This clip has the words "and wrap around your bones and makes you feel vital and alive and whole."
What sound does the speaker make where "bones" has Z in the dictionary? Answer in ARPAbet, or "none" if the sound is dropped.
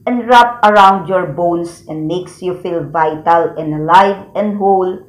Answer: S